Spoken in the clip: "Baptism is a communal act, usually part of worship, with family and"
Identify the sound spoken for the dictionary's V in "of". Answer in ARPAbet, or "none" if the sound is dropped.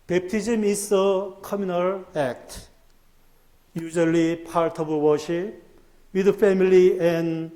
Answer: B